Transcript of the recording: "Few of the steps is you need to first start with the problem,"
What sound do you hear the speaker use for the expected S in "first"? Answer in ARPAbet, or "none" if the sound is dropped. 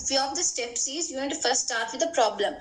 none